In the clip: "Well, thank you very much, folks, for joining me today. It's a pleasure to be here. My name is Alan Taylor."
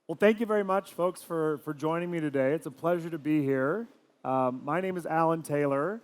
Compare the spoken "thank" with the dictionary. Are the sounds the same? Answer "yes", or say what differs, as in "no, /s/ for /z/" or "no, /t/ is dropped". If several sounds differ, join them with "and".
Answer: yes